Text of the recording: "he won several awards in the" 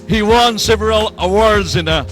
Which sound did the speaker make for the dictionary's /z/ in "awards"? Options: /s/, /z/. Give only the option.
/z/